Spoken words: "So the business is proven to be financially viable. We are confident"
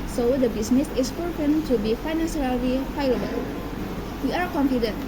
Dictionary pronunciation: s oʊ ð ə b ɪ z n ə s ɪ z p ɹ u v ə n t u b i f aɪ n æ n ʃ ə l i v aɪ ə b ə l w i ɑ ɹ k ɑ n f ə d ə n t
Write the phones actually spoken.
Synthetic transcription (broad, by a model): s oʊ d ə b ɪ s n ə s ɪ s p ɔ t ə n t u b i f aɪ n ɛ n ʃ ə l i f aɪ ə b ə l w i ɑ ɹ k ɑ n f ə d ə n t